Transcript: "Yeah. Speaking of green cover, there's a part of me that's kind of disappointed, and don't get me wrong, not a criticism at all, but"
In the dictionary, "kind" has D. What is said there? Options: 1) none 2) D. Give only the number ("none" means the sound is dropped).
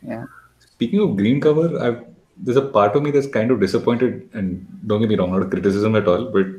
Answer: 2